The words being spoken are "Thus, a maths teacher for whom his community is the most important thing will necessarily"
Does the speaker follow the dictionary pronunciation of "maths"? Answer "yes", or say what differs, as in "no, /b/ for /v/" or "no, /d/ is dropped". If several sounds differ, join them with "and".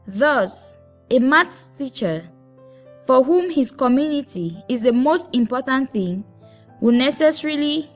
no, /t/ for /θ/